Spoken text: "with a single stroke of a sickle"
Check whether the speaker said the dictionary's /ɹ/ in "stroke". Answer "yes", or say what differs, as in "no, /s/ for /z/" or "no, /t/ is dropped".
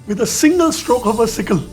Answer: yes